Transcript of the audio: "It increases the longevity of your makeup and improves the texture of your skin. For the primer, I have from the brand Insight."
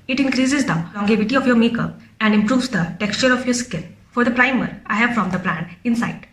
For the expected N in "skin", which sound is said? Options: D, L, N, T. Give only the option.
L